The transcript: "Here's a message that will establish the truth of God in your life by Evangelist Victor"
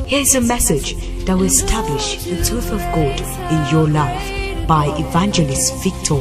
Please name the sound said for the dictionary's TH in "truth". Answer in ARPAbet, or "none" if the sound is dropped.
TH